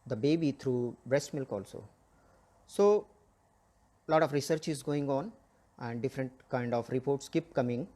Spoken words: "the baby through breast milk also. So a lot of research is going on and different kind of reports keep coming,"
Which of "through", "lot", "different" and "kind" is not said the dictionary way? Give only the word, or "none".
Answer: through